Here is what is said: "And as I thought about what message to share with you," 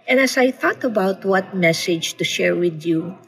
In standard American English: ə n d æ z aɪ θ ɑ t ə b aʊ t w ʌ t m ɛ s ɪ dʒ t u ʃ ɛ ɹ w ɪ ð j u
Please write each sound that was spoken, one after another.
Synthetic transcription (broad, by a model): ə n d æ s aɪ θ ɑ t ə b aʊ t w ʌ t m ɛ s ɪ dʒ t u ʃ ɛ ɹ w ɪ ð j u